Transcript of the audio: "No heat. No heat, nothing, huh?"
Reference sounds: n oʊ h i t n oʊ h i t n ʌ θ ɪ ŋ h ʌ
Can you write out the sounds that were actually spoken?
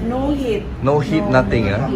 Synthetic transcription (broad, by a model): n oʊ h i t n oʊ h i t n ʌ t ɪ ŋ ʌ